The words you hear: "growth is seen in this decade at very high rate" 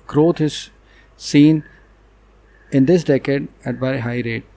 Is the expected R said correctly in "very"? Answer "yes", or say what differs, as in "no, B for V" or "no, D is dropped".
no, R is dropped